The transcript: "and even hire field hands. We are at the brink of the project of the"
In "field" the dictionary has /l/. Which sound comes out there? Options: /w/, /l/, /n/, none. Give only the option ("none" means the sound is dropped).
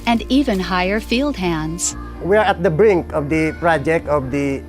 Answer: /l/